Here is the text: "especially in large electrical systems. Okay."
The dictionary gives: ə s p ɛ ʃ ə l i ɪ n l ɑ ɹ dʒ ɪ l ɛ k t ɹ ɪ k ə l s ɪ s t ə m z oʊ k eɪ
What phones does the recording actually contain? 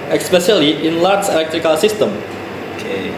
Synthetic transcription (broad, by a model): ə s p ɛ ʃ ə l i ɪ n l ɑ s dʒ ɪ l ɛ k t ɹ ɪ k ə l s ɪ s t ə m oʊ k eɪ